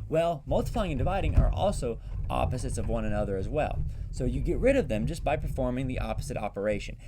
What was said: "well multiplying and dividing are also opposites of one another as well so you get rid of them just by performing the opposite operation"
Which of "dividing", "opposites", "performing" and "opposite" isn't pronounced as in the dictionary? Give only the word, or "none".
none